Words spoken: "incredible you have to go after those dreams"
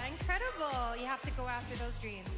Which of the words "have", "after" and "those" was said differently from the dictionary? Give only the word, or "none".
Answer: have